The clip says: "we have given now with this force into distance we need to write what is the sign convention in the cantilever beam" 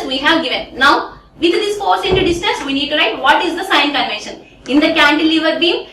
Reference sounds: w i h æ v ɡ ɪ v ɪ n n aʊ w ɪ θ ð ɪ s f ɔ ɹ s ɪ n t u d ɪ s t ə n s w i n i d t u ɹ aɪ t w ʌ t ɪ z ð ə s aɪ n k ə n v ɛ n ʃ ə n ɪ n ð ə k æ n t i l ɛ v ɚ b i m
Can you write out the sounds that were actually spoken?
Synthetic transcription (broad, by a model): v i h æ v ɡ ɪ v ɪ n n aʊ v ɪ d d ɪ s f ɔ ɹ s ɪ n t u d ɪ s t ə n s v i n i d t u ɹ aɪ t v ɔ t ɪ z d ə s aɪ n k ə n v ɛ n ʃ ə n ɪ n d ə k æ n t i l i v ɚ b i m